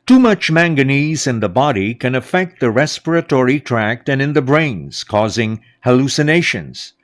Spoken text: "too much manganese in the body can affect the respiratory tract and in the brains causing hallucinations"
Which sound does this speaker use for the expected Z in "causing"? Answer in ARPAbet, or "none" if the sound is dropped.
Z